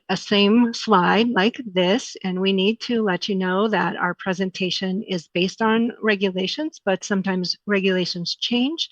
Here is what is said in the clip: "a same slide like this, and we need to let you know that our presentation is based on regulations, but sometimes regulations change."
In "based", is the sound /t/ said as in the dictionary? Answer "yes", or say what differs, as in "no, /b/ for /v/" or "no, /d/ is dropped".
yes